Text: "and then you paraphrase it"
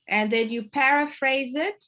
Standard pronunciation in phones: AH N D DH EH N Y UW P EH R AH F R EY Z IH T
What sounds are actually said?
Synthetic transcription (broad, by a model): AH N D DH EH N Y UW P EH R AH F R EY Z IH T